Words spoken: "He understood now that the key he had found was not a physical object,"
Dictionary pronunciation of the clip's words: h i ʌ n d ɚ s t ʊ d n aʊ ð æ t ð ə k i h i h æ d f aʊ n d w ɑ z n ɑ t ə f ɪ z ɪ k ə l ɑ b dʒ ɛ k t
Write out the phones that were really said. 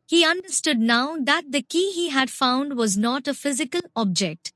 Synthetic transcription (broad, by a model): h i ʌ n d ɚ s t ʊ d n aʊ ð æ t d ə k i h i h æ d f aʊ n d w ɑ z n ɑ t ə f ɪ z ɪ k ə l ɑ b dʒ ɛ k t